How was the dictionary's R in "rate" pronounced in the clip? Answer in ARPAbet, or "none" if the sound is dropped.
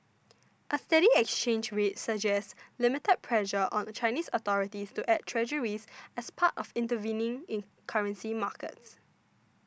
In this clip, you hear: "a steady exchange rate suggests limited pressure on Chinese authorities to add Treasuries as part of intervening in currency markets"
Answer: W